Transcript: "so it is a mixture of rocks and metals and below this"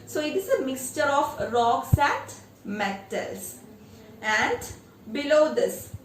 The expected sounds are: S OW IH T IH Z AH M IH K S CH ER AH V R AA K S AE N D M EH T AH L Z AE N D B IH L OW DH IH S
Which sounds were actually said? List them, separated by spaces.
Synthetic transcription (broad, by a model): S OW IH T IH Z AH M IH K S CH ER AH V R AA K S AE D M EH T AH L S AE N D B IH L OW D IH S